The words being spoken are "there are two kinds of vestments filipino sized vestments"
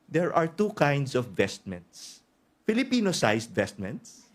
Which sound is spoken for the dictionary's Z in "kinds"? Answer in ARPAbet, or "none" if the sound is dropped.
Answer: S